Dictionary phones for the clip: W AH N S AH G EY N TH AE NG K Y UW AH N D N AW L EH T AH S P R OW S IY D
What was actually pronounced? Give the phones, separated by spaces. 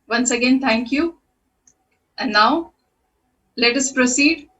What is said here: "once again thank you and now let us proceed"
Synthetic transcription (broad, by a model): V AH N S AH G EY N T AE NG K Y UW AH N N AW L EH T AH S P R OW S IY D